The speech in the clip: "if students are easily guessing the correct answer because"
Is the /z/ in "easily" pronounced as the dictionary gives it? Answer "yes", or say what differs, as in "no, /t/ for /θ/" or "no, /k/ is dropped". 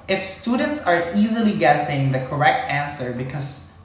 yes